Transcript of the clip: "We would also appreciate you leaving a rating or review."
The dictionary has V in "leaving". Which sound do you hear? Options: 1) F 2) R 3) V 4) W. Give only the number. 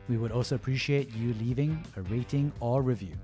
3